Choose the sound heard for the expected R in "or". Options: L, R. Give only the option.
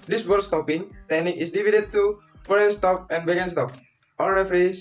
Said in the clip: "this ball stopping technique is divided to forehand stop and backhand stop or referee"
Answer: L